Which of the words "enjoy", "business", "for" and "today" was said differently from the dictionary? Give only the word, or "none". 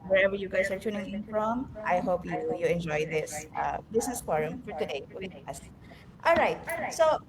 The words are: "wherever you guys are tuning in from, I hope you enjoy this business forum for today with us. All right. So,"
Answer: business